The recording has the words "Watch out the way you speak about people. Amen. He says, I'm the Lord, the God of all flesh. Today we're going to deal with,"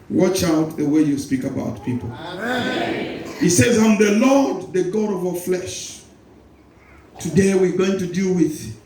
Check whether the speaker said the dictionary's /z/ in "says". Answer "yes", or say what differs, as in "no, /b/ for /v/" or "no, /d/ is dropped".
yes